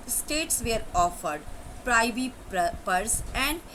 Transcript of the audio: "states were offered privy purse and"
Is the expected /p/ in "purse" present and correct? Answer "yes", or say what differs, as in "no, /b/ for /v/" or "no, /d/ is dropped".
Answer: yes